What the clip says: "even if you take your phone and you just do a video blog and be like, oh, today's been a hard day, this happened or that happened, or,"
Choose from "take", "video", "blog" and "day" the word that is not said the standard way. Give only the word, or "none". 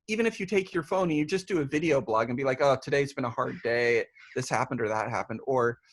none